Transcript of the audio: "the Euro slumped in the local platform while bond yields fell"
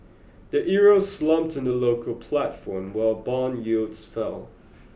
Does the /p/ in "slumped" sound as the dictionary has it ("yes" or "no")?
yes